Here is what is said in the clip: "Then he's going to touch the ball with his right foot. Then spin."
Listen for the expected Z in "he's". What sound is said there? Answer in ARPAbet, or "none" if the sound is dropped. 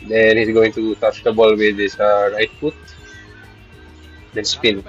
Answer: S